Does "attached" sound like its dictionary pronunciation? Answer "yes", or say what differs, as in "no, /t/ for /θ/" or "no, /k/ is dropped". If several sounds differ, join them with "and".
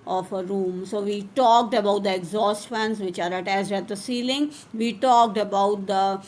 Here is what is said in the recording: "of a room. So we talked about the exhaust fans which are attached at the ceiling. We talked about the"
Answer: no, /s/ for /tʃ/